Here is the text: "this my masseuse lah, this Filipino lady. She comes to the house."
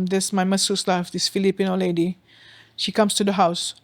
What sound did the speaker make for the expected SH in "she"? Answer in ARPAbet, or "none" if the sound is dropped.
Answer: SH